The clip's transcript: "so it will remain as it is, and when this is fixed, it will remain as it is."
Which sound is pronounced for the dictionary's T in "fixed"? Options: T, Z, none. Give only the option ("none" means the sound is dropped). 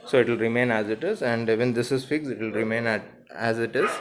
none